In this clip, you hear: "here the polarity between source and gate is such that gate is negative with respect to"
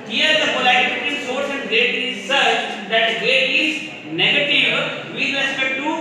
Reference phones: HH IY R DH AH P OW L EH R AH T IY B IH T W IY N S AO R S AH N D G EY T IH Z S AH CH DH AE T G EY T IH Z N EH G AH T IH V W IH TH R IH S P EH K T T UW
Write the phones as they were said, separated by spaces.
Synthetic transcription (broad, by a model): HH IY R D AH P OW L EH AH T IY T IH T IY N S AO R S AH N D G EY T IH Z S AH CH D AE T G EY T IH Z N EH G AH T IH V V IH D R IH S P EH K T T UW